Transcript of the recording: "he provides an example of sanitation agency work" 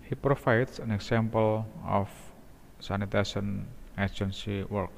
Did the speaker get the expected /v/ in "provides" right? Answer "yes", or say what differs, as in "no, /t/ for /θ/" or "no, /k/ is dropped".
no, /f/ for /v/